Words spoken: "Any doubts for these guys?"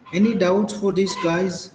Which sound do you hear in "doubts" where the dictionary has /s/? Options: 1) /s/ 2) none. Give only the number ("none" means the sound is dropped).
2